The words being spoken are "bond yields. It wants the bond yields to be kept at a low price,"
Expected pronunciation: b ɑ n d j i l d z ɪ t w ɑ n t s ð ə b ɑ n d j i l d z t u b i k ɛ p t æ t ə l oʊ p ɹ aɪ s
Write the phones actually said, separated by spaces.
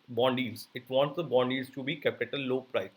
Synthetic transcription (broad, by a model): b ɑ n d i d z ɪ t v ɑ n t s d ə b ɑ n d i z t u b i k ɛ p ɪ t ə l oʊ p ɹ aɪ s